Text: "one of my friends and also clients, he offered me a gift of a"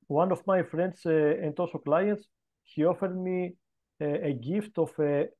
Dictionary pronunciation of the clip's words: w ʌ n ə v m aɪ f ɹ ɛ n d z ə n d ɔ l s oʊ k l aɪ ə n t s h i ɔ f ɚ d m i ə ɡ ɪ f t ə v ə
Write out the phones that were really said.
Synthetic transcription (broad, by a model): w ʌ n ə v m aɪ f ɹ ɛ n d s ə n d ɔ s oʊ k l aɪ ə n t s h i ɔ f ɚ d m i ə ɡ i f t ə f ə